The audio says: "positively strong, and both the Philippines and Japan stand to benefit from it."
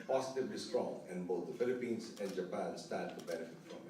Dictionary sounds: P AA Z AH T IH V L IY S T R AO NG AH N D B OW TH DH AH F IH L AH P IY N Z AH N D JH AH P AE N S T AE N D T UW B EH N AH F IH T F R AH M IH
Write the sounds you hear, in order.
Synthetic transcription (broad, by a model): P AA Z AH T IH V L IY S T R AO NG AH N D B OW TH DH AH F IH L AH P IY N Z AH N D JH AH P AE N S T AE D T UW B EH N AH F IH T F R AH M